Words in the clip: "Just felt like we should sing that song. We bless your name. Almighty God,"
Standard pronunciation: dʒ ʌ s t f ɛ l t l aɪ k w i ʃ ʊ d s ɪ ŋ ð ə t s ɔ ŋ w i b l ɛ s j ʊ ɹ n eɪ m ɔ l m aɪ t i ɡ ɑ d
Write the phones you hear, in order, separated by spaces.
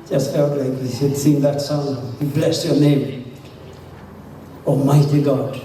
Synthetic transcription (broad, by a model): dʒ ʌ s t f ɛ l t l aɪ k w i s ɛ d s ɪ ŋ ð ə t s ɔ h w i b l ɛ s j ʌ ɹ n eɪ m ɔ m aɪ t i ɡ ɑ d